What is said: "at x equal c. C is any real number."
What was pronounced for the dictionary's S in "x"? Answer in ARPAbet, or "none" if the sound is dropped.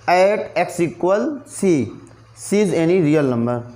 S